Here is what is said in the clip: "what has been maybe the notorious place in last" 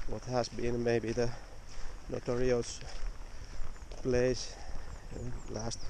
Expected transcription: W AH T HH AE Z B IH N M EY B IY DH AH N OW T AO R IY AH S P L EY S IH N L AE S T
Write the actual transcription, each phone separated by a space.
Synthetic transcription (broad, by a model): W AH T HH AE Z B IH N M EY B IY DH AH N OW T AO R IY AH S P L EY IH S L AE S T